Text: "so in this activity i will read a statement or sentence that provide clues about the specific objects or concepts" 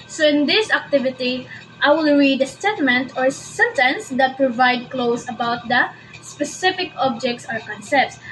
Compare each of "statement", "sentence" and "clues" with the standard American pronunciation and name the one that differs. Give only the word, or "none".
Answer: clues